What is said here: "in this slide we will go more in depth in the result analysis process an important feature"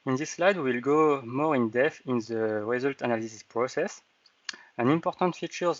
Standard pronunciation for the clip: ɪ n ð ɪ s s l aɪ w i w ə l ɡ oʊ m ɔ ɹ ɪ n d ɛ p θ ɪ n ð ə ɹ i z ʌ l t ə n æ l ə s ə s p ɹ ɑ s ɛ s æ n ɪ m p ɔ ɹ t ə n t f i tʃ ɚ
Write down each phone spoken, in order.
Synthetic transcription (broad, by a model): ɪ n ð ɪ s s l aɪ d w ə l ɡ oʊ m ɔ ɹ ɪ n d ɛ θ ɪ n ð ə ɹ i z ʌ l t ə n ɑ l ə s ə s p ɹ ɑ s ɛ s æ n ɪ m p ɔ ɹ t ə n t f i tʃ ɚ